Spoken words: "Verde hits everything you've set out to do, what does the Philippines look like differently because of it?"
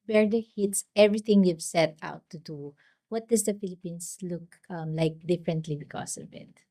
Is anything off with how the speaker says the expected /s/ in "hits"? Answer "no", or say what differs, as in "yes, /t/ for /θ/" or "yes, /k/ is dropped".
no